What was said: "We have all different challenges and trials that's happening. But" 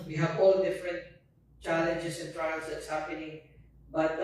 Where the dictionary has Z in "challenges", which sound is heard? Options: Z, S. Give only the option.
S